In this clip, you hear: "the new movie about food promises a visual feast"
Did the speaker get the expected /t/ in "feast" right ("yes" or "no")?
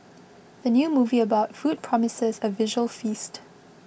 yes